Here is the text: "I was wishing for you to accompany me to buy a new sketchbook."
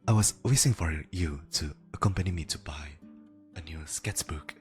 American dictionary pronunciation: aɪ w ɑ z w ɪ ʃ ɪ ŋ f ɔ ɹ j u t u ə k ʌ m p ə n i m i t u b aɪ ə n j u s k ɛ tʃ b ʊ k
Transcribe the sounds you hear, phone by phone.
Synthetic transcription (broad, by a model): aɪ w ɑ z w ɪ s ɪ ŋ f ɔ ɹ j u t u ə k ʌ m p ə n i m i t u b aɪ ə n j u s k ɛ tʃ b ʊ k